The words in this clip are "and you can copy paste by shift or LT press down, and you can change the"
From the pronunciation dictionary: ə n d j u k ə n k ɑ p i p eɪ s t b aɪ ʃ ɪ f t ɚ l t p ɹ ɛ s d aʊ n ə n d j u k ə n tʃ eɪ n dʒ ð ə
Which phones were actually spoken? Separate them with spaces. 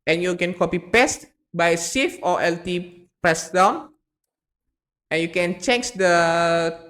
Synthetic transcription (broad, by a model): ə n j u k ə n k ɑ p i p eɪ s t b aɪ s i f t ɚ l t p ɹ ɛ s d aʊ n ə n j u k ə n tʃ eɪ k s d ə